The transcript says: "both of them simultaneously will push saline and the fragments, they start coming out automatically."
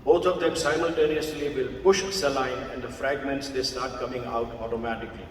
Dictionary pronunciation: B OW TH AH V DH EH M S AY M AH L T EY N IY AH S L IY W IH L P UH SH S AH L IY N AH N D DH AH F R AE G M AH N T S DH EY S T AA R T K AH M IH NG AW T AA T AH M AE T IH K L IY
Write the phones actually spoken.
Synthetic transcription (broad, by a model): B OW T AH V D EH M S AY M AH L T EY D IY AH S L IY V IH L P UH SH S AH L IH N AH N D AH F R AE G M AH N T S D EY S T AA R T K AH M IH NG AW T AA T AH M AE T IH K L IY